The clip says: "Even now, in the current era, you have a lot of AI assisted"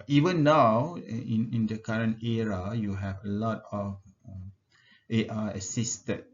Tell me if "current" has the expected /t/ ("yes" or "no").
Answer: yes